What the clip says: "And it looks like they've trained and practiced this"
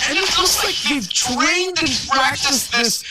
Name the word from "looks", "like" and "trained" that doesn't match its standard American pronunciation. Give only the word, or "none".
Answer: looks